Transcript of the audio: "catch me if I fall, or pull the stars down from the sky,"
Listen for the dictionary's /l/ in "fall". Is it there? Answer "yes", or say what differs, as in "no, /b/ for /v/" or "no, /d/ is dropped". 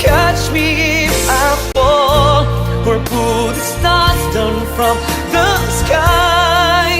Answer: no, /w/ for /l/